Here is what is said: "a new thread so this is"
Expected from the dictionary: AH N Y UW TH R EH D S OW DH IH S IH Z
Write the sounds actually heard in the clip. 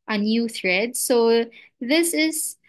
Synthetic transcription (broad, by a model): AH N Y UW TH R EH D S OW DH IH S IH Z